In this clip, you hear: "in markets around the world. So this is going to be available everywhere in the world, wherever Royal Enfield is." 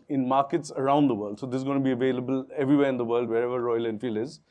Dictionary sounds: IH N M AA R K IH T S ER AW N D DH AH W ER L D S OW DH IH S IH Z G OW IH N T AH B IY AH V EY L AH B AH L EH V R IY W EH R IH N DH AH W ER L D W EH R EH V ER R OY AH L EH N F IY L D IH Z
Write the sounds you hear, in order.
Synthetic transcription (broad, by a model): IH N M AA R K IH T S ER AW N D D AH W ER L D S OW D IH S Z G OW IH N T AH B IY AH V EY L AH B AH L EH V R IY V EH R IH N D AH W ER L D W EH R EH V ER R OY AH L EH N F IY L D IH Z